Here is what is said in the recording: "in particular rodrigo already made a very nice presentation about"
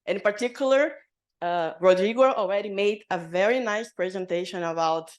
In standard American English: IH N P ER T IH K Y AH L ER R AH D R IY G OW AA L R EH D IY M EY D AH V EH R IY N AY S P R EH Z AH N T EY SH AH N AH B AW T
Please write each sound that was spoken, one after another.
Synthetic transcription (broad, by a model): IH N P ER T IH K Y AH L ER R AH D R IY G OW AA L R EH D IY M EY D AH V EH R IY N AY S P R EH Z AH N T EY SH AH N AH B AW T